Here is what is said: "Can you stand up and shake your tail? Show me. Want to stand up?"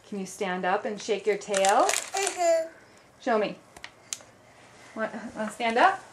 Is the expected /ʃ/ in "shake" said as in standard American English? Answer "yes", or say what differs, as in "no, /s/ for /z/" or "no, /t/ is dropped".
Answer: yes